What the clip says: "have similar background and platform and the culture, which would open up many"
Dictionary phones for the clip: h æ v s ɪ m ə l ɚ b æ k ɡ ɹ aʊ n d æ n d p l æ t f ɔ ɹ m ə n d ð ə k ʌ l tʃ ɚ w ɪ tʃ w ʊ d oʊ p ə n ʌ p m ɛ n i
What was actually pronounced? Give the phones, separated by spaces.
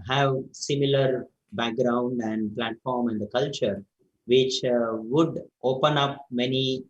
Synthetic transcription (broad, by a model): h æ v s ɪ m ə l ɚ b æ k ɡ ɹ aʊ n d æ n d p l æ t f ɔ ɹ m ə n d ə k ʌ l tʃ ɚ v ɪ tʃ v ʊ d oʊ p ə n ʌ p m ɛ n i